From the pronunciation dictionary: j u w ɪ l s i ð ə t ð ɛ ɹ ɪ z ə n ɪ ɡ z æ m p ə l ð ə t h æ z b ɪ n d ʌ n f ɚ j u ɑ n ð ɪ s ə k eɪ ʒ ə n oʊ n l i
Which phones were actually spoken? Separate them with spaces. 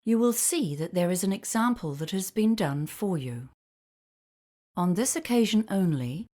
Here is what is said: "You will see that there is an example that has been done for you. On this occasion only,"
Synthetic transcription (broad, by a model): j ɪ w ɪ l s i ð ə t ð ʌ ɹ ɪ z ə n ɪ ɡ z æ m p ə l ð ə t h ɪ z b ɪ n d ʌ n f ɚ j u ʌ n ð ɪ s ə k eɪ ʒ ə n oʊ n l i